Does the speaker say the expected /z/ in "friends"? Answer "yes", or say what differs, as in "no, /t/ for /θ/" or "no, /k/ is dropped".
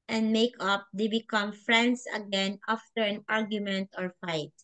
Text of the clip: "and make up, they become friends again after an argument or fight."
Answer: no, /s/ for /z/